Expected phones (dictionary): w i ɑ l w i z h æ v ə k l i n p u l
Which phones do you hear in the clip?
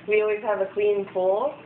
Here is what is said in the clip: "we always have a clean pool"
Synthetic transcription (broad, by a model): w i ɑ l w i z h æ v ə k w i n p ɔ